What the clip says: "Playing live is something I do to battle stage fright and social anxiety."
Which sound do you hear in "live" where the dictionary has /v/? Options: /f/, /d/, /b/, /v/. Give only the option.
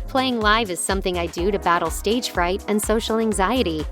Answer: /v/